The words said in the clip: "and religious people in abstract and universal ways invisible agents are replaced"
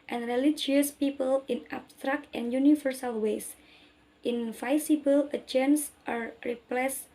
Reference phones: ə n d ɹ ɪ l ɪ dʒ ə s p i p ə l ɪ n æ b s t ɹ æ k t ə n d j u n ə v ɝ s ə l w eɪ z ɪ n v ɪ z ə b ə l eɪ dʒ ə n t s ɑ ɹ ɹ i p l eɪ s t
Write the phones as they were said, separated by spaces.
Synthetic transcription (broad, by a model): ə n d ɹ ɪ l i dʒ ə s p i p ə l ɪ n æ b s t ɹ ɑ k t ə n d j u n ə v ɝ s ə l w eɪ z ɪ n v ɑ s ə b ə l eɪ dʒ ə n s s ɑ ɹ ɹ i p l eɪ s